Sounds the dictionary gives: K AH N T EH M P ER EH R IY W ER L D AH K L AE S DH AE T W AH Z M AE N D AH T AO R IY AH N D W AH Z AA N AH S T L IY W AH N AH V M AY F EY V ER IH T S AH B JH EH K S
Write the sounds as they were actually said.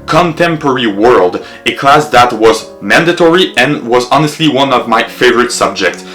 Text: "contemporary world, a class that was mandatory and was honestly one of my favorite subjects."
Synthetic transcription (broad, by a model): K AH N T EH M P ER R IY W ER L D AH K L AE S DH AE T W AH Z M AE N D AH T AO R IY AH N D W AH Z AA N AH S T L IY W AH N AH V M AY F EY V ER IH T S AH B JH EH K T